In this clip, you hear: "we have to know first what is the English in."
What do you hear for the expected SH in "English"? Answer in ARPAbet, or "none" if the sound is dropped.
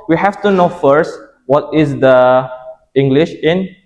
SH